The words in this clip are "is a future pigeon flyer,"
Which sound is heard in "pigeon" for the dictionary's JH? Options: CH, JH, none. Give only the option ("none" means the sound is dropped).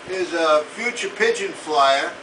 JH